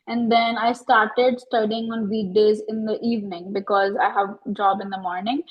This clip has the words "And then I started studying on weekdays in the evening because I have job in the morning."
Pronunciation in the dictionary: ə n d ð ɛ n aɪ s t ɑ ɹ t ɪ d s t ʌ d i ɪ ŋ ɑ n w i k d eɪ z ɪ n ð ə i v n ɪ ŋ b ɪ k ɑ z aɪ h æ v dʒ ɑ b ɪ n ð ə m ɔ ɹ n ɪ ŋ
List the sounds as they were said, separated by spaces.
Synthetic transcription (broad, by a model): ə n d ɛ n aɪ s t ɑ ɹ t ɪ d s t ʌ d i ɪ ŋ ɑ n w i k d eɪ z ɪ n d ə i v n ɪ ŋ b ɪ k ɑ z aɪ h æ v dʒ ɑ b ɪ n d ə m ɔ ɹ n ɪ ŋ